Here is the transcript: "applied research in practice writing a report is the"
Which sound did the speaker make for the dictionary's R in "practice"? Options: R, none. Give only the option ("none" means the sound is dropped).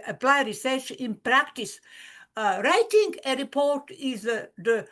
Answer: R